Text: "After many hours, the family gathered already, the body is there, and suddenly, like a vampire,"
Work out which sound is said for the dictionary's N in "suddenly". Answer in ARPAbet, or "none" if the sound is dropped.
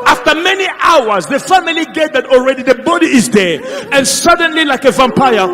N